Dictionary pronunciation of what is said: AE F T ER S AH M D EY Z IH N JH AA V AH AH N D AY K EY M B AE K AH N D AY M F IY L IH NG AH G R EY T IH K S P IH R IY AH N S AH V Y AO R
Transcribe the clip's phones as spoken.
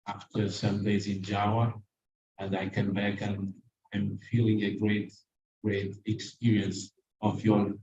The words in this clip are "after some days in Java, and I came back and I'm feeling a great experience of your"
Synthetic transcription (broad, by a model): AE F T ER S AH M D EY Z IH N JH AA W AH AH N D AY K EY M B AE K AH N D AY M F IY L IH NG AH G R EY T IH K S P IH R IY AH N S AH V Y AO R